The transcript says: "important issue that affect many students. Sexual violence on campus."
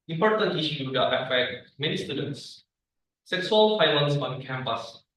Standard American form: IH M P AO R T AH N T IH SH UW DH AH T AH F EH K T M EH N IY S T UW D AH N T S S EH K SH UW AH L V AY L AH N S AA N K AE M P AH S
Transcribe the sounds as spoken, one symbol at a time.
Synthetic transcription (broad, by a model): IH M P AO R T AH N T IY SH UW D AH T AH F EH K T M EH N IY S T UW D AH N T S S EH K S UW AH L F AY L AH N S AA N K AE M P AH S